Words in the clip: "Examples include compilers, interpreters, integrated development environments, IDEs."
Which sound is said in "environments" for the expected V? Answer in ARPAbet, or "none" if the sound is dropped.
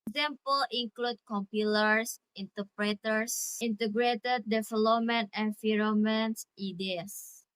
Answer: F